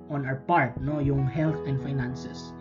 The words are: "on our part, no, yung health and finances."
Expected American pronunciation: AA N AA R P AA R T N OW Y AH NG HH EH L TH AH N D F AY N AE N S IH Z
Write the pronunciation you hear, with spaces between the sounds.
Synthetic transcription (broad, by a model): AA N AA W P AA R T N OW Y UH NG HH EH L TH AH N D F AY N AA N S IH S